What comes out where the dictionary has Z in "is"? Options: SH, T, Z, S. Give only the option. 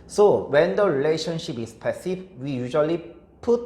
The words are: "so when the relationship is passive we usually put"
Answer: S